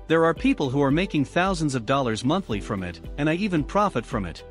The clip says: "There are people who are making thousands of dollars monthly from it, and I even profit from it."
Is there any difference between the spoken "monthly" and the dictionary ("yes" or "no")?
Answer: no